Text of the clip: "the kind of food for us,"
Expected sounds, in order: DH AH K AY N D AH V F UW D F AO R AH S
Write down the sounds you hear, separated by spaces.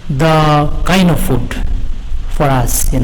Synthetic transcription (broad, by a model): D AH K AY N AH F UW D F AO R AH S